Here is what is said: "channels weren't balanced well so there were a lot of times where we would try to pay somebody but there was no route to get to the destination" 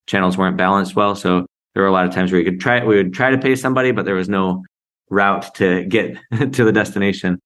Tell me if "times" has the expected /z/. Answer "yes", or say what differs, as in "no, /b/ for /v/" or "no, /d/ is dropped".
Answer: yes